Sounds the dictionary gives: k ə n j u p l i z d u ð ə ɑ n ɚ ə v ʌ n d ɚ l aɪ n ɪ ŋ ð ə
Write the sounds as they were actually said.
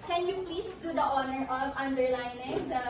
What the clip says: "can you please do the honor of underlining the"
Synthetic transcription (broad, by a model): k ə n j u p l i s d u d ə ɑ n ɚ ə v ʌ n d ɚ l aɪ n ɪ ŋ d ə